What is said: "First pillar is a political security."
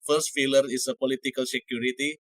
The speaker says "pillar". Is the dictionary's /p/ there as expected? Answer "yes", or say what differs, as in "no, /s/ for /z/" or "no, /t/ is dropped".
no, /f/ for /p/